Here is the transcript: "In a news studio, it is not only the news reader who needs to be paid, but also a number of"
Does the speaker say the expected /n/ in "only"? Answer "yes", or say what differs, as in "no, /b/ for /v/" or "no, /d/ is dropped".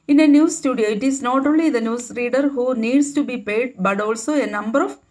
yes